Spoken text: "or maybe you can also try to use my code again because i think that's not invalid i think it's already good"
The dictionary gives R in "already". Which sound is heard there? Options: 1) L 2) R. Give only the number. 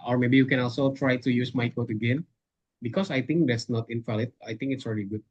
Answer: 2